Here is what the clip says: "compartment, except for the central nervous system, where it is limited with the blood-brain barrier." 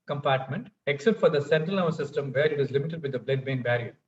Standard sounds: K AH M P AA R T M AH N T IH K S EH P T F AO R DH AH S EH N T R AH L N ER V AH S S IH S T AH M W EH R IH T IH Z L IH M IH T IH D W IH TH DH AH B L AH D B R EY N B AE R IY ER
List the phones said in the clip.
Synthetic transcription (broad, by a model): K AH M P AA R T M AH N T IH K S EH P T F AO R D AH S EH N T R AH L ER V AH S S IH S T AH M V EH R IH T IH Z L IH M IH T IH D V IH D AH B L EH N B EY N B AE R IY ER